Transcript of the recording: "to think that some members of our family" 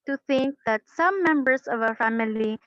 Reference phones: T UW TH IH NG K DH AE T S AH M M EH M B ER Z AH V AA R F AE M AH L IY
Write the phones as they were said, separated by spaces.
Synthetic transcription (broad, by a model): T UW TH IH NG K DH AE T S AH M M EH M B ER S AH V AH F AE M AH L IY